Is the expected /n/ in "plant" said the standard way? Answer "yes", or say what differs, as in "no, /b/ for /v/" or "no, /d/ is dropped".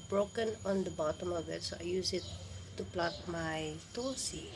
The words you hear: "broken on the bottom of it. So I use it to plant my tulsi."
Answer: no, /n/ is dropped